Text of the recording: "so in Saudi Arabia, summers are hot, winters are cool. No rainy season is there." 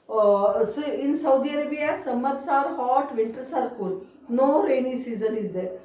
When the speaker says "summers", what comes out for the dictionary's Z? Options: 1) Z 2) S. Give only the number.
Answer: 2